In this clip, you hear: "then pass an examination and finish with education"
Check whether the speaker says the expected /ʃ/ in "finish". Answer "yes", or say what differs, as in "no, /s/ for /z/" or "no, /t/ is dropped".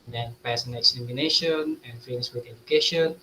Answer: no, /s/ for /ʃ/